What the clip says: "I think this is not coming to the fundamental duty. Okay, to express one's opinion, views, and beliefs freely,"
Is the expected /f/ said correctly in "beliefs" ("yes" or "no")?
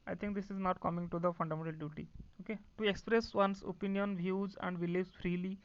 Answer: no